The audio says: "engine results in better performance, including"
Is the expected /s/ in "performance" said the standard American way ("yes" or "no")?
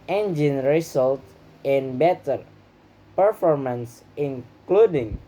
yes